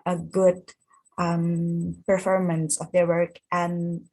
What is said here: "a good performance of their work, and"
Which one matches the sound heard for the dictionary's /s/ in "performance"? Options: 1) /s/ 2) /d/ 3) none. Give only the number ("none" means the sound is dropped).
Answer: 1